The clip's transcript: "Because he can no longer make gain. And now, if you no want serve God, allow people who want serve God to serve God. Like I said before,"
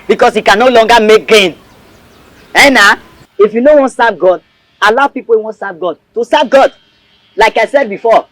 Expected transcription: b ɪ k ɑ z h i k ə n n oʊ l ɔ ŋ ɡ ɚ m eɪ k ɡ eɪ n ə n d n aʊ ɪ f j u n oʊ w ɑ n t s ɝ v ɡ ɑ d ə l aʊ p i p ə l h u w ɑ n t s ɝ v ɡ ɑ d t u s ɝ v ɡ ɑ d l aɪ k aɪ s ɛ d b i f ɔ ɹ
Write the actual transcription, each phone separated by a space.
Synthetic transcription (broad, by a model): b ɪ k ɑ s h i k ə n n oʊ l ɔ ŋ ɡ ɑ m eɪ k ɡ eɪ n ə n n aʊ ɪ f j u n oʊ w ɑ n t s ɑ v ɡ ɑ d ə l aʊ p i p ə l w ɑ n t s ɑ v ɡ ɑ d t u s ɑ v ɡ ɑ d l aɪ k aɪ s ɛ d b i f ɔ